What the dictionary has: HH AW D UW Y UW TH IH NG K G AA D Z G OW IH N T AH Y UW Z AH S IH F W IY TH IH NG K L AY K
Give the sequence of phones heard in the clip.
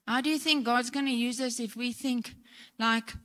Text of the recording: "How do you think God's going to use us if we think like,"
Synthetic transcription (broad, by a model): HH AW D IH Y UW TH IH NG K G AA D Z G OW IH N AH Y UW Z AH S IH F W IY TH IH NG K L AY K